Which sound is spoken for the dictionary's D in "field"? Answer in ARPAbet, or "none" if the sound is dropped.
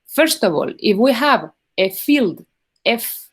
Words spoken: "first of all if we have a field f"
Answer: D